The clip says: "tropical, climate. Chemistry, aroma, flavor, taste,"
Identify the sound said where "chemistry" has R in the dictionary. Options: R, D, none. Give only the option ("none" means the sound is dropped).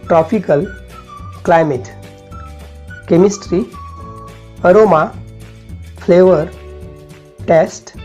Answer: R